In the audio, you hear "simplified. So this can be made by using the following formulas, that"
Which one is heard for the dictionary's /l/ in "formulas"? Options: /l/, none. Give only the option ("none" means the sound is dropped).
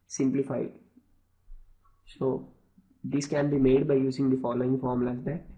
none